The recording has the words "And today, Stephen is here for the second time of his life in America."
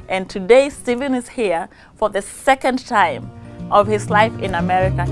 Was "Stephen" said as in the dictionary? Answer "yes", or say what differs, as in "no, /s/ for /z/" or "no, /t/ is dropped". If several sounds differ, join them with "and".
yes